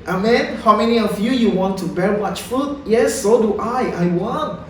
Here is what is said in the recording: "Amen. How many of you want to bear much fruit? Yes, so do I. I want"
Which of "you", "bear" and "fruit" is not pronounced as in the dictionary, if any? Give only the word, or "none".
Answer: fruit